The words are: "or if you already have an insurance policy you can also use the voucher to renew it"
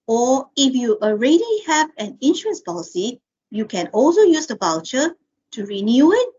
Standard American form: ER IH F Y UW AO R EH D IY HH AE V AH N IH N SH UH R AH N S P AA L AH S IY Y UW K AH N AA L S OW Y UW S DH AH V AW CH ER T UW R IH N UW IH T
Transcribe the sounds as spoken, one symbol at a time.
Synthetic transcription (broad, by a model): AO IH F Y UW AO R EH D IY HH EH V AH N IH N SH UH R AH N S P AA L AH S IY Y UW K AH N AA L S OW Y UW S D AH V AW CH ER T UW R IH N UW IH T